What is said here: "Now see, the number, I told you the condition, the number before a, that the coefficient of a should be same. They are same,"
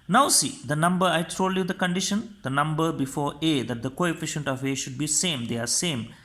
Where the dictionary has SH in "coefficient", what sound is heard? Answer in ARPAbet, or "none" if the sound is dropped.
SH